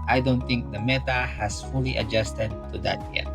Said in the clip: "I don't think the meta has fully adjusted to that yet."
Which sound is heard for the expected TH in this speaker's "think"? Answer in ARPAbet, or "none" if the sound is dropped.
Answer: T